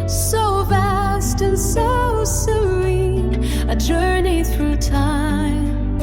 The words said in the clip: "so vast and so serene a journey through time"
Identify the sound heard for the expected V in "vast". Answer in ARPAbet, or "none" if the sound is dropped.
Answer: V